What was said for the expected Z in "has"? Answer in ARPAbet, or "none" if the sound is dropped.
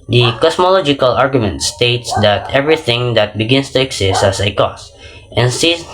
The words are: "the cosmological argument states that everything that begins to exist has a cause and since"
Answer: S